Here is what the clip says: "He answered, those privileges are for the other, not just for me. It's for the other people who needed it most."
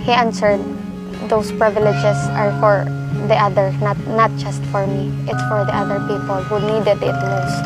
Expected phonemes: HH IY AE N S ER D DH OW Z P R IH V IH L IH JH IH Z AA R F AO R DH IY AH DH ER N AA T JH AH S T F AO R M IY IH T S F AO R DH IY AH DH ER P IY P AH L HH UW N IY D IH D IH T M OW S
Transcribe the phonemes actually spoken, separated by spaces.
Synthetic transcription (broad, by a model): HH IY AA N S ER D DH OW S P R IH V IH L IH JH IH S AA R F AO R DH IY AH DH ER N AA T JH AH S T F AO R M IY IH T S F AO R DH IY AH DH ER P IY P AH L HH UW N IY D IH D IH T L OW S